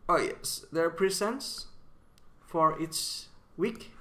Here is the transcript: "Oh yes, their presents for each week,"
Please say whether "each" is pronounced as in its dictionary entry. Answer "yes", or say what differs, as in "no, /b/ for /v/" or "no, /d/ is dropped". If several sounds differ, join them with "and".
no, /s/ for /tʃ/